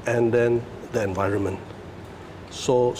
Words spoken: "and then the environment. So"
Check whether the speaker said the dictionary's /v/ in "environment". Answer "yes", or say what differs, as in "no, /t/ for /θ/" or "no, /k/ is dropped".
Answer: yes